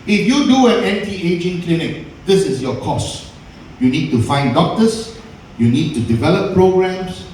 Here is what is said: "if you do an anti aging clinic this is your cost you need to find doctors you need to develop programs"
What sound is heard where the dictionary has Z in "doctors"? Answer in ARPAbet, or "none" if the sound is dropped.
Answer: S